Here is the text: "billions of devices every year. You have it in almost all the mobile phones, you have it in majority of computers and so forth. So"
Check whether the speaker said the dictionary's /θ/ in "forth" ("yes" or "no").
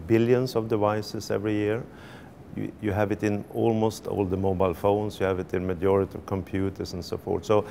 no